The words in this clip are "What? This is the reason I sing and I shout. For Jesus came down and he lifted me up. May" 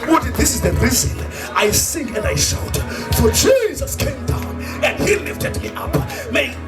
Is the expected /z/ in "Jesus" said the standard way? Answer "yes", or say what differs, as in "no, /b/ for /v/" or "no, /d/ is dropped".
yes